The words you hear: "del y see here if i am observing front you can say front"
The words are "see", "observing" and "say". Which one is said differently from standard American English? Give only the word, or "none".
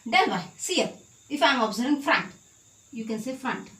observing